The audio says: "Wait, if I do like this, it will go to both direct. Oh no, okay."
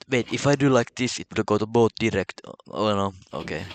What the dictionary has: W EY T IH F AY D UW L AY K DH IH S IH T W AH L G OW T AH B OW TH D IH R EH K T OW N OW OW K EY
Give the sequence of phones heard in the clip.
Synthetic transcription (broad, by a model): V EY T IH F AY D UW L AY K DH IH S IH T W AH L G OW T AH B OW T D IH R EH K T OW N OW OW K EY